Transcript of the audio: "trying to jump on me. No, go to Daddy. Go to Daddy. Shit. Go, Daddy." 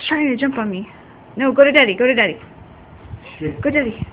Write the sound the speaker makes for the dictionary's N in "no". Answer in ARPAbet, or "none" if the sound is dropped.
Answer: N